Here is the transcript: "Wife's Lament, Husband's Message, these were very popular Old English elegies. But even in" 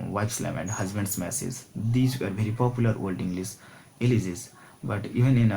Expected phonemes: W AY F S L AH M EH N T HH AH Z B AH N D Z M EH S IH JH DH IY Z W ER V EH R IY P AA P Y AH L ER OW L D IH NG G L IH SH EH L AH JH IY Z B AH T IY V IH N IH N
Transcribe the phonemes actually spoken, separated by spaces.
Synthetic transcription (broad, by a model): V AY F S L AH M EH N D HH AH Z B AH N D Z M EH S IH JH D IY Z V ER V EH R IY P AA P Y AH L ER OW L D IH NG G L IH S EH L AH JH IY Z B AH T IY V IH N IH N